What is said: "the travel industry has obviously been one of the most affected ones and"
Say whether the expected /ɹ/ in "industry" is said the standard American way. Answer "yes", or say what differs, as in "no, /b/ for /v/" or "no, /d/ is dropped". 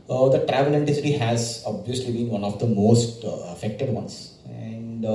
no, /ɹ/ is dropped